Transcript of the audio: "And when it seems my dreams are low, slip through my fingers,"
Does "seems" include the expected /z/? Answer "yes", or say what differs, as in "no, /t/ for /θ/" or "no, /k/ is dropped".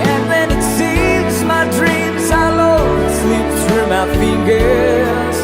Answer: yes